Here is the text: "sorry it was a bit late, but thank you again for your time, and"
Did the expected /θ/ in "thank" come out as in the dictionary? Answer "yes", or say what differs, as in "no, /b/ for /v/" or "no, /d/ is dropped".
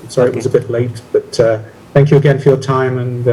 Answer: yes